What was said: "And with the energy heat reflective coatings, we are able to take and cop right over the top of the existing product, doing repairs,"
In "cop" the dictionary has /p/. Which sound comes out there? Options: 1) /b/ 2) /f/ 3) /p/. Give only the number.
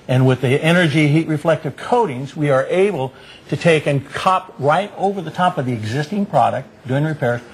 3